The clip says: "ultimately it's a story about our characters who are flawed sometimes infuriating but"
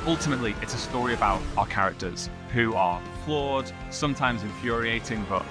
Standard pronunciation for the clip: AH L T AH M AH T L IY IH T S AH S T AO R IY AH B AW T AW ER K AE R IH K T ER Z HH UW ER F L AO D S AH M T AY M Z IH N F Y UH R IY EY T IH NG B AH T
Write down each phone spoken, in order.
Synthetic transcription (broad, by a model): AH L T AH M AH T L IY IH T S AH S T AO R IY AH B AW T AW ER K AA R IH K T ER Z HH UW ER F L AO D S AH M T AY M Z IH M F Y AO R IY EY T IH NG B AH T